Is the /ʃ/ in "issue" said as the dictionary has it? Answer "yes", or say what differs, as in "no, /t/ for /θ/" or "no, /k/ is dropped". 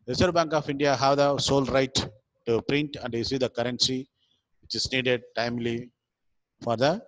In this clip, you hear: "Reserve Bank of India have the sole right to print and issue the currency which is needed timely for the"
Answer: no, /s/ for /ʃ/